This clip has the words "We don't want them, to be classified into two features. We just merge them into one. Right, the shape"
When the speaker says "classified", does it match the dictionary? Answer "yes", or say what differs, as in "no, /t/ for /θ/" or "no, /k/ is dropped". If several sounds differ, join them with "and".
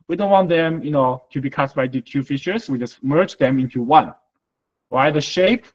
no, /l/ is dropped